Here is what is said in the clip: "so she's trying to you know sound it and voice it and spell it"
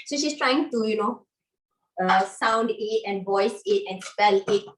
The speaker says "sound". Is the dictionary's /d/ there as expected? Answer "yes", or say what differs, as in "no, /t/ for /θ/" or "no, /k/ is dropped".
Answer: yes